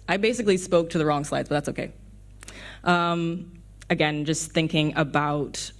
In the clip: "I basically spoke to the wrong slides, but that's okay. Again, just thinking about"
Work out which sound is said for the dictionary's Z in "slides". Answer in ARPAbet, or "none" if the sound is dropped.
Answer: Z